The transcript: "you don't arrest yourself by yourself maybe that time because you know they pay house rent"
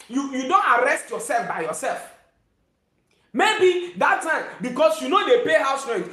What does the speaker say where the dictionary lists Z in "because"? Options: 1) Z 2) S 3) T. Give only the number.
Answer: 2